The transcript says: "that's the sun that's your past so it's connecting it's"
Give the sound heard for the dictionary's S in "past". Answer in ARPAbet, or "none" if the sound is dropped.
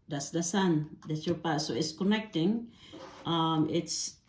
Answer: none